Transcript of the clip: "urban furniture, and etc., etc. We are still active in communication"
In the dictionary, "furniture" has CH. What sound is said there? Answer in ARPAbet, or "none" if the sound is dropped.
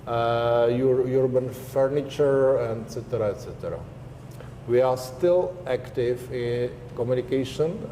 CH